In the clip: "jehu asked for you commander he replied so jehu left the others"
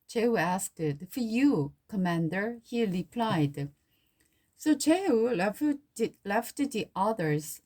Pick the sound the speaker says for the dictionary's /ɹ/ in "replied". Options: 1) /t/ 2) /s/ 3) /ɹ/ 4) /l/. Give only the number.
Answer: 3